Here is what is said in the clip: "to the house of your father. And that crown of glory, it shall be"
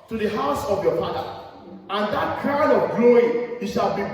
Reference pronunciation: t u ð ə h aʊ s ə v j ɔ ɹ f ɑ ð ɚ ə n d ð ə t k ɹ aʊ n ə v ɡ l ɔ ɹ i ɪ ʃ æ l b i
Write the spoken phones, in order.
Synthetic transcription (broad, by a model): t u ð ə h aʊ s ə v j ɔ f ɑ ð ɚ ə n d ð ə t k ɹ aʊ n ə v ɡ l ɔ i ɪ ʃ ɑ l b i